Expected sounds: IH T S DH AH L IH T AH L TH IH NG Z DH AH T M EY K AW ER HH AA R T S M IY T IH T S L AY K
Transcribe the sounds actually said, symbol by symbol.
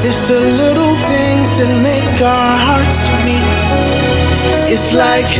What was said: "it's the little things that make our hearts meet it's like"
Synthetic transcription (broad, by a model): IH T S DH AH L IH T L TH IH NG Z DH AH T M EY K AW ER HH AA R T S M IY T IH T S L AY K